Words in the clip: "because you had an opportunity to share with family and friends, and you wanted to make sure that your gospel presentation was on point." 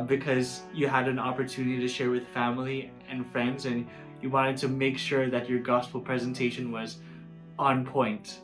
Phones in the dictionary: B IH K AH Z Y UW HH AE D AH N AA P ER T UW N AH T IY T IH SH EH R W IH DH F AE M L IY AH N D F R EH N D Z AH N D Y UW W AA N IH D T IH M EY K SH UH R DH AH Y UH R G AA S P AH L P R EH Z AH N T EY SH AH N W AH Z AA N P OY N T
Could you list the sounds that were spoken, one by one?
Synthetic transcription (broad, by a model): B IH K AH Z Y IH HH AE D AH N AA P ER T UW N AH T IY T IH SH EH R W IH DH F AE M L IY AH N F R EH N D Z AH N Y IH W AA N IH D T IH M EY K SH UH R DH AH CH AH R G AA S P L P R EH Z AH N T EY SH AH N W AH Z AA N P OY N T